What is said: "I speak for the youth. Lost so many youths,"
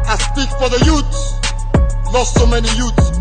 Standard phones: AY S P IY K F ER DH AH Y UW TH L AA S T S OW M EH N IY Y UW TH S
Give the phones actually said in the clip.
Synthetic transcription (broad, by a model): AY S P IY K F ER DH AH Y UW S L AA S T S OW M EH N IY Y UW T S